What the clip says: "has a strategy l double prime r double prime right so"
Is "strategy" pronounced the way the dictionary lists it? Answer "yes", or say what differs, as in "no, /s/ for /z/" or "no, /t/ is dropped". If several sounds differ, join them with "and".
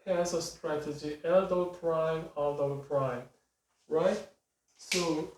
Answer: yes